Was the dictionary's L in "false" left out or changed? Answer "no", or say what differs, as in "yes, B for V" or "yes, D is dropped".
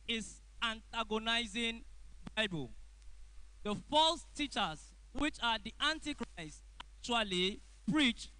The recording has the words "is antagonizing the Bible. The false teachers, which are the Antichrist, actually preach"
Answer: no